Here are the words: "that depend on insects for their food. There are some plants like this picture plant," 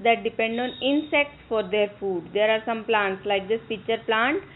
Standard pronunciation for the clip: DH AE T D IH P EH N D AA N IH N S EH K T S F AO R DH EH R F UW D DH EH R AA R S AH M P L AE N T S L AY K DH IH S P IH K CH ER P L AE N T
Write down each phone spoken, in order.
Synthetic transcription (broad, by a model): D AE T D IH P EH N D AA N IH N S EH K T S F AO R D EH R F UW D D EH R AA R S AH M P L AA N T S L AY K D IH S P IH CH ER P L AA N T